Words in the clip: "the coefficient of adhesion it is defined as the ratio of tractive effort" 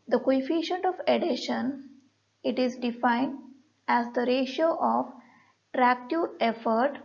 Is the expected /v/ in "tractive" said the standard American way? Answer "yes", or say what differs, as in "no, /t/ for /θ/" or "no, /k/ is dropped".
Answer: no, /v/ is dropped